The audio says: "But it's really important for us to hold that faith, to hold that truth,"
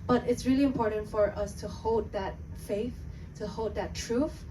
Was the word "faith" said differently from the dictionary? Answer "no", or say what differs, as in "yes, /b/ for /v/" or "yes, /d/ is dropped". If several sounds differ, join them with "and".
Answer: no